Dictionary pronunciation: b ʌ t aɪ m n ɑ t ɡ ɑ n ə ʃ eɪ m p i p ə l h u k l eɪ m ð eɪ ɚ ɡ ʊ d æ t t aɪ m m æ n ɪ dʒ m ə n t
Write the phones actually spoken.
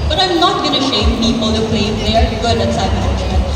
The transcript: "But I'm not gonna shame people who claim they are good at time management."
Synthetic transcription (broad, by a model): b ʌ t aɪ m n ɑ t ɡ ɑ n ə ʃ eɪ m p i p ə l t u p l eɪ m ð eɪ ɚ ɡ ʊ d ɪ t s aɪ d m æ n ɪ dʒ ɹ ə